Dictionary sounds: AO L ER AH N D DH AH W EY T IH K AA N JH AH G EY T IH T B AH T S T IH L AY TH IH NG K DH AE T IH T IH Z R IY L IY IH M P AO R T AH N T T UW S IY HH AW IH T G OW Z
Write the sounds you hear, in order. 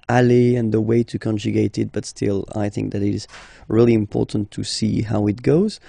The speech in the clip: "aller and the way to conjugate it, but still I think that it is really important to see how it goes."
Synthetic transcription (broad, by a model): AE L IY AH N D DH AH W EY T IH K AA N JH AH G EY T IH T B AH T S T IH L AY TH IH NG K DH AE T IH T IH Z R IY L IY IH M P AO R T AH N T T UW S IY HH AW IH T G OW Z